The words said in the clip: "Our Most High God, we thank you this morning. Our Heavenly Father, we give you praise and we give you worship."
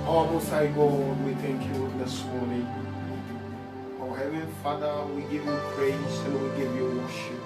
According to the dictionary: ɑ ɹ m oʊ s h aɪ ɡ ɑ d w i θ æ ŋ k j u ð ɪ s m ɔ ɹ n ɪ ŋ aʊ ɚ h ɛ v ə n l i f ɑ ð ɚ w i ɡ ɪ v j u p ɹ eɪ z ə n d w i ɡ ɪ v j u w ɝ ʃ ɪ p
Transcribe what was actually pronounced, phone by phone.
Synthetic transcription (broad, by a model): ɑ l m oʊ s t aɪ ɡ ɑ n w i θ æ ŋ k j u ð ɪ s m ɔ ɹ n ɪ ŋ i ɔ h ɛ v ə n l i f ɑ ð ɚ w i ɡ ɪ v j u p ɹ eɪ ə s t w i ɡ ɪ v j u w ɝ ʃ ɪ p